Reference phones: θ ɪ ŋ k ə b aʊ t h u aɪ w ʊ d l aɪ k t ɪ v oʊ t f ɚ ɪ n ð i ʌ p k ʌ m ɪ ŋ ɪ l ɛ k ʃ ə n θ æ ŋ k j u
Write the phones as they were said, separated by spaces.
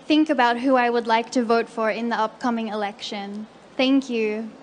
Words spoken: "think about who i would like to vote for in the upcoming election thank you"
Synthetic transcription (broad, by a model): θ ɪ ŋ k ə b aʊ t h u aɪ w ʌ d l aɪ k t ɪ v oʊ t f ɚ ɪ n ð i ʌ p k ʌ m ɪ ŋ ɪ l ɛ k ʃ ə n θ æ ŋ k j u